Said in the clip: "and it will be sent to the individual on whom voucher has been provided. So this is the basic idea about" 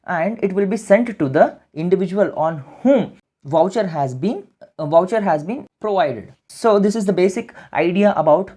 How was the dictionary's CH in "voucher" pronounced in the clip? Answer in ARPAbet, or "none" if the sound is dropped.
CH